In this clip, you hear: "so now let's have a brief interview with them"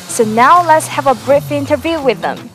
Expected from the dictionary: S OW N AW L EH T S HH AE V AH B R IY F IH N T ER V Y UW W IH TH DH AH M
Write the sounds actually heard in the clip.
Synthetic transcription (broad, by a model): S OW N AW L EH T S HH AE V AH B R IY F IH N T ER V Y UW W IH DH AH M